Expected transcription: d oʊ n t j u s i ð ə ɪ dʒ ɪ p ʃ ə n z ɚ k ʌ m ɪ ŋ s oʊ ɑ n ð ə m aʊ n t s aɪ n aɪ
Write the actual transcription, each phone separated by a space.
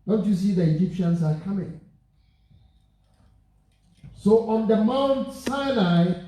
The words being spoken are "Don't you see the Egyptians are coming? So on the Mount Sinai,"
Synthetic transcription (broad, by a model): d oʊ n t j u s i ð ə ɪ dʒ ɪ p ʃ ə n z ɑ k ʌ m ɪ ŋ s oʊ ɑ n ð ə m aʊ n t s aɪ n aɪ